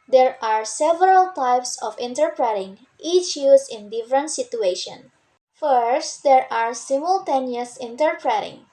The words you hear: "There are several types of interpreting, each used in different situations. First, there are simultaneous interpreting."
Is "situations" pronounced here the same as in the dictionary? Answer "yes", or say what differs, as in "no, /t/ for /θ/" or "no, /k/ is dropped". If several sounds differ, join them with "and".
no, /z/ is dropped